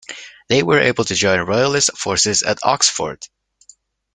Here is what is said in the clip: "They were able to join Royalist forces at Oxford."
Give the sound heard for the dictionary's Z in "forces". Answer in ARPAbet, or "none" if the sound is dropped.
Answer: Z